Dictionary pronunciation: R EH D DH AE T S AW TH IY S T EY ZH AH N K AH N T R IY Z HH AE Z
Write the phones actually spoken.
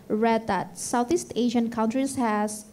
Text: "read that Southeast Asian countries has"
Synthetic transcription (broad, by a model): R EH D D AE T S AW T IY S T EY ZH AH N K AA N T R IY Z HH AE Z